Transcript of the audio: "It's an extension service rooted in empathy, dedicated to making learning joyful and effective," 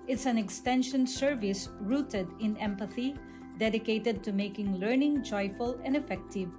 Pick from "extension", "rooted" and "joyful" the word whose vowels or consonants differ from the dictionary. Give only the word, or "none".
none